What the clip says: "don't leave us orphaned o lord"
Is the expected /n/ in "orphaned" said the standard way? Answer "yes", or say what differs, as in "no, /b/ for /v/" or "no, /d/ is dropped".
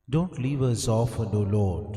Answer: no, /n/ is dropped